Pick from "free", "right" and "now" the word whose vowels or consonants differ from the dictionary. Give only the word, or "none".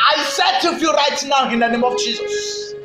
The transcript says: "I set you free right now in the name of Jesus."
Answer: free